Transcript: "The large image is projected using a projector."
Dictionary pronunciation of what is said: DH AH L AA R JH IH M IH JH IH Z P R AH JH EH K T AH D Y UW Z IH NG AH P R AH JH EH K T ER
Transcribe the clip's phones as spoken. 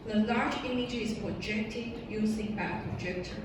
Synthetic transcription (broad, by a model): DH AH L AA R JH IH M IH JH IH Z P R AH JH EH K T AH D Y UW S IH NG AH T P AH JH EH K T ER